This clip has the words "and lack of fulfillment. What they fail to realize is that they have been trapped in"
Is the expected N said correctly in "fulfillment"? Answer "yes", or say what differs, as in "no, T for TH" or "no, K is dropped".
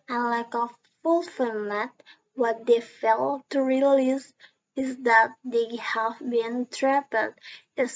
no, N is dropped